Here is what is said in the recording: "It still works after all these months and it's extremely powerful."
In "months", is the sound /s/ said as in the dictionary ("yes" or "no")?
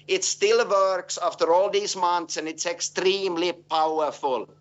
yes